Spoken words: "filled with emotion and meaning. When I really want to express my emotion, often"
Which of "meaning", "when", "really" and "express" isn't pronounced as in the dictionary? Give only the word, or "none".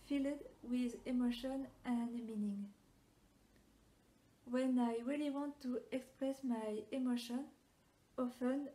none